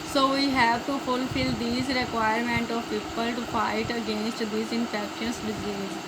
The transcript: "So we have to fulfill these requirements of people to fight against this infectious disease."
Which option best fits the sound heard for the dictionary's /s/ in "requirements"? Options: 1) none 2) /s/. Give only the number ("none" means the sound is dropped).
1